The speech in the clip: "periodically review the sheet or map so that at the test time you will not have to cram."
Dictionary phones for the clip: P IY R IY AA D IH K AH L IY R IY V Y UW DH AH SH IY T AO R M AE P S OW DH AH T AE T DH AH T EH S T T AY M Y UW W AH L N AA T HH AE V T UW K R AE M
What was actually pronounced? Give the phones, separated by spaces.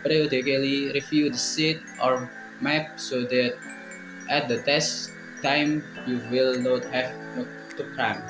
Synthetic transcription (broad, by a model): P R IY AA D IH K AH L IY R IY F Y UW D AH S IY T AO R M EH P S OW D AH T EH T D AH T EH S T T AY M Y UW W AH L N AA T HH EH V T UW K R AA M